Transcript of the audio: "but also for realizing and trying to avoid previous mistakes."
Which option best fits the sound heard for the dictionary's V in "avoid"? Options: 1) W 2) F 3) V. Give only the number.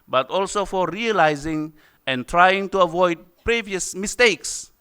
3